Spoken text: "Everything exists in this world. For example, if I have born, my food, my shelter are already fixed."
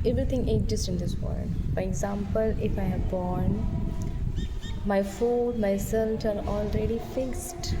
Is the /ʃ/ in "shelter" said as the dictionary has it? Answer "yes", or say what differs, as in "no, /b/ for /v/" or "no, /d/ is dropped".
no, /s/ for /ʃ/